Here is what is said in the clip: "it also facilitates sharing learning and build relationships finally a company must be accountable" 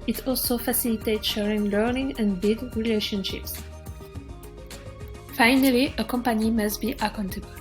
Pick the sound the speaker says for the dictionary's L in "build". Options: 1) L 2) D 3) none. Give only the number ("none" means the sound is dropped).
3